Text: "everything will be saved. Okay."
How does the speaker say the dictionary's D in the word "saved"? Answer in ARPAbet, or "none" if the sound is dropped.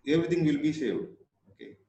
none